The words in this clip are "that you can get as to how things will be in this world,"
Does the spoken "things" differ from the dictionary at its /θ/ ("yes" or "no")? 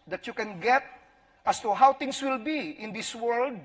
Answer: yes